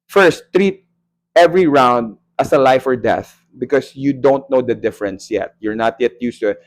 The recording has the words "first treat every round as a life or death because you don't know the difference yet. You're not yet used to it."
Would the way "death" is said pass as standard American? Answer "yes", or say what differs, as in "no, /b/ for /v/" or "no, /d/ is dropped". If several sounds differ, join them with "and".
yes